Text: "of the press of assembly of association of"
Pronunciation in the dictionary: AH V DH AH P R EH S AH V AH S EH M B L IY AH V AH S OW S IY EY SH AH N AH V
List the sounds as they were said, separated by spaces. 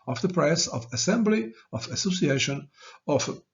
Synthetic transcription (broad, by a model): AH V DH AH P R EH S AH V AH S EH M B L IY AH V AH S OW S IY EY SH AH N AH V